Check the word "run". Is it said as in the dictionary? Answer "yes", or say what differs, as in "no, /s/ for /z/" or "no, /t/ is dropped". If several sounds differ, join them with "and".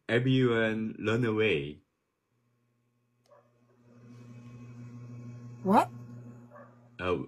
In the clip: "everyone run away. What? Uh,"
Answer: no, /l/ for /ɹ/